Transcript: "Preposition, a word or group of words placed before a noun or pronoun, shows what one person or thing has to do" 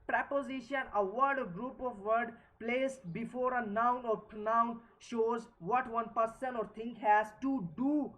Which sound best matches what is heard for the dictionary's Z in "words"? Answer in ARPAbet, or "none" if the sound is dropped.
none